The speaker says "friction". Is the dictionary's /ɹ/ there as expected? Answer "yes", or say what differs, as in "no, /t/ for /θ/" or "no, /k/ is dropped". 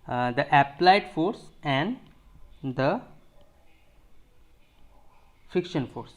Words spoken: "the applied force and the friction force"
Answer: no, /ɹ/ is dropped